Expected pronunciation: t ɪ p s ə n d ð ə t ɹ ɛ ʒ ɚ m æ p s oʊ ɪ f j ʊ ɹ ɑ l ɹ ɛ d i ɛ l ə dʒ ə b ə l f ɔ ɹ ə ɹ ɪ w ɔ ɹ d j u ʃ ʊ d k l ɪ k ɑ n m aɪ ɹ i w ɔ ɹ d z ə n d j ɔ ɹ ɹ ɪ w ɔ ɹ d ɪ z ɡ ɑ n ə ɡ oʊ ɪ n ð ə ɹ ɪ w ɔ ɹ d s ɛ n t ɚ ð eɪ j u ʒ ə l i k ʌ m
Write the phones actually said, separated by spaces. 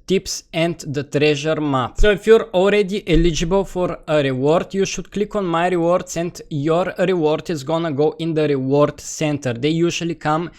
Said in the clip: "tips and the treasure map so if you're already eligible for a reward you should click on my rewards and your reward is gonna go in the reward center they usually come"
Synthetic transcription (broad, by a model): t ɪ p s ə n d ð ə t ɹ ɛ ʒ ɚ m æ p s oʊ ɪ f j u ɹ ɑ l ɹ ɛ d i ɛ l ə dʒ ə b ə l f ɔ ɹ ə ɹ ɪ w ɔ ɹ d j u ʃ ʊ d k l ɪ k ɑ n m aɪ ɹ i w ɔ ɹ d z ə n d j ɔ ɹ ɹ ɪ w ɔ ɹ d ɪ z ɡ ɑ n ə ɡ oʊ ɪ n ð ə ɹ ɪ w ɔ ɹ d s ɛ n t ɚ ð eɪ j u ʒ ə l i k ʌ m